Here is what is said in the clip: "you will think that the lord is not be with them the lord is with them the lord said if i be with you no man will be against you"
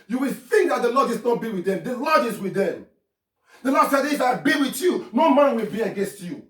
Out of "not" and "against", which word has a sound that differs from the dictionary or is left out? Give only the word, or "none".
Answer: none